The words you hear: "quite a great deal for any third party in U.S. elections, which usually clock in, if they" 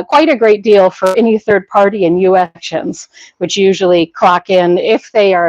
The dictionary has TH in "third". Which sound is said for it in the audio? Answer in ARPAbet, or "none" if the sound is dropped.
TH